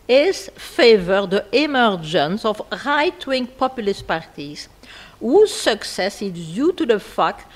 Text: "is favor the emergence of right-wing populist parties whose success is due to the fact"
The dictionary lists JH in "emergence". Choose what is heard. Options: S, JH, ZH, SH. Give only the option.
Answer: JH